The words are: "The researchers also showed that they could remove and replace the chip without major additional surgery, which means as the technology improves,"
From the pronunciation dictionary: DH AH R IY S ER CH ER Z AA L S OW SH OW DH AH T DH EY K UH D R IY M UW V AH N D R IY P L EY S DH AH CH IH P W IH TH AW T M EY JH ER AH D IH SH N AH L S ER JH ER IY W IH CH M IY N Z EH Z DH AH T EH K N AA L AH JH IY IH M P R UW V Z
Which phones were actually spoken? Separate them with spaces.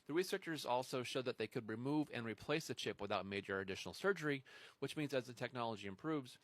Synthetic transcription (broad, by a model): DH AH R IY S ER CH ER Z AA L S OW SH OW DH AH T DH EY K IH D R IY M UW V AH N R IY P L EY S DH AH CH IH P W IH TH AW T M EY JH ER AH D IH SH N L S ER JH ER IY W IH CH M IY N Z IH Z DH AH T EH K N AA L AH JH IY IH M P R UW V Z